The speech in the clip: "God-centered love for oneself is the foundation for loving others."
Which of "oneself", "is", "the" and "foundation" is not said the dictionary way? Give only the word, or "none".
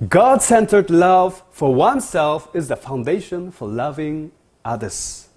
none